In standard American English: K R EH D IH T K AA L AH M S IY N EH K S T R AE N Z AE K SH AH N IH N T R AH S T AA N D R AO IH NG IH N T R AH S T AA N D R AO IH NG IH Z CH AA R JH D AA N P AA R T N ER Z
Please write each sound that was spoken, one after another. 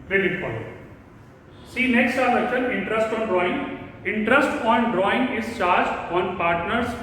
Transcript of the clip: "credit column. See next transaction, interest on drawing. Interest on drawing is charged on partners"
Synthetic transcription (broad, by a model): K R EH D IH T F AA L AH S IY N EH K S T AE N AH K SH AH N IH N T R AH S T AA N D R AO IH NG IH N T R AH S T AA N D R AO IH NG IH Z CH AA R JH D AA N P AA R T N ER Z